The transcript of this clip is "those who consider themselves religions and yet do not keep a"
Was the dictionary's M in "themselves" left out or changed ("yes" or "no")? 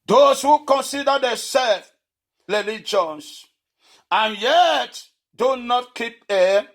yes